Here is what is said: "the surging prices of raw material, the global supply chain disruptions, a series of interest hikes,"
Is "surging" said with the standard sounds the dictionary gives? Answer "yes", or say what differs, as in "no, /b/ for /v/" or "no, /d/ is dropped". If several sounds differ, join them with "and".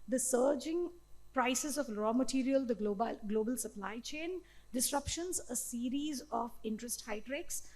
yes